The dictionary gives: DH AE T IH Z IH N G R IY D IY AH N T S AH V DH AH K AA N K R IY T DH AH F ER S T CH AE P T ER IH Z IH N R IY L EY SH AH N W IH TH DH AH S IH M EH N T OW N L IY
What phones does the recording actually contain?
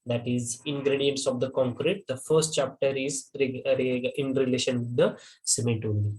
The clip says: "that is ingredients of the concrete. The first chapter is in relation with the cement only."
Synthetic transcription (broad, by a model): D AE T IH Z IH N G R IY D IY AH N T S AH V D AH K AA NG K R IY T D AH F ER S T CH AE P T ER IH Z IH N R IY L EY SH AH N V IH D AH S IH M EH T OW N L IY